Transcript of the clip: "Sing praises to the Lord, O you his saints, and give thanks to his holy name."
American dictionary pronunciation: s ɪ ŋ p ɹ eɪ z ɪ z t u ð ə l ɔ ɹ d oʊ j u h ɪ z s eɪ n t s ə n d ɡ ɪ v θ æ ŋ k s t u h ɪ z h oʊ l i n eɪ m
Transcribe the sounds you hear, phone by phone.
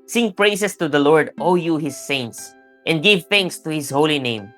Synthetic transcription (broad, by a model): s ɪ ŋ p ɹ eɪ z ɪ s t u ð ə l ɔ ɹ d oʊ j u h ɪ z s eɪ n t s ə n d ɡ ɪ v θ æ ŋ k s t u h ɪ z h oʊ l i n eɪ m